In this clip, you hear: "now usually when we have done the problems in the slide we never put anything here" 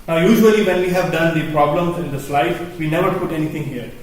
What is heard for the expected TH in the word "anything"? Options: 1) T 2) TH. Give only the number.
1